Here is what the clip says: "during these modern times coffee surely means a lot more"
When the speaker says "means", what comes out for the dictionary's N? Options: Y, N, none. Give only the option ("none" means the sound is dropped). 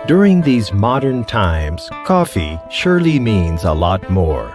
N